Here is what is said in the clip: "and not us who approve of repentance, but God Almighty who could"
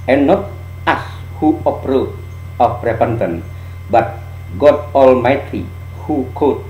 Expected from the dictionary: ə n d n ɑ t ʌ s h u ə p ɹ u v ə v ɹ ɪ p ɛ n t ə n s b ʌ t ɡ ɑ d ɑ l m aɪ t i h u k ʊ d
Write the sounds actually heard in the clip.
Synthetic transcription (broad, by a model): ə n n ɑ t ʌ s h u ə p ɹ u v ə p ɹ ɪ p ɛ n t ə n b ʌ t ɡ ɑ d ɑ l m aɪ t i h u k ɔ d